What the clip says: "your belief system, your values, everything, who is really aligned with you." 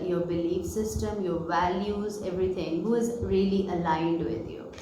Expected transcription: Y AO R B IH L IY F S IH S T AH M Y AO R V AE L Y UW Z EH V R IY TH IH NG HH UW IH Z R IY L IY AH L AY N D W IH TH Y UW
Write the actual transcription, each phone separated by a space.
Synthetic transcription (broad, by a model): Y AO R B IH L IY F S IH S T AH M Y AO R V AE L Y UW Z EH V R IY T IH NG HH UW IH Z R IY L IY AH L AY N D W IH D Y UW